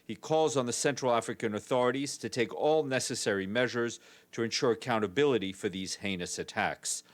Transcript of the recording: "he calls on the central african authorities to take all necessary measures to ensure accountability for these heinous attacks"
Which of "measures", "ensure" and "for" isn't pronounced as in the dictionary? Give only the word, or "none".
none